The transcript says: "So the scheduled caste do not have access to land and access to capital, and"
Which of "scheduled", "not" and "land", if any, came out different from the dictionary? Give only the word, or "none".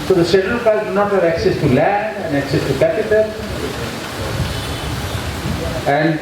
scheduled